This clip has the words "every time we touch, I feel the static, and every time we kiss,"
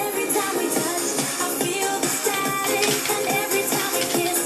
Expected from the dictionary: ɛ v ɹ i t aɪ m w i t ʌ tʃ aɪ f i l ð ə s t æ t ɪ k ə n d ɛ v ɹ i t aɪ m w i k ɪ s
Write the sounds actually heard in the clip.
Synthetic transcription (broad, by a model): ɛ v ɹ i t aɪ m w i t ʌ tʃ aɪ f i l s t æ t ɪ ə n ɛ v ɹ i t aɪ m w i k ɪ